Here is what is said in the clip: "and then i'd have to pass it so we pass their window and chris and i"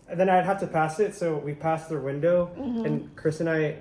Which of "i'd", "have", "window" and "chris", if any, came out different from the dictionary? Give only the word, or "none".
have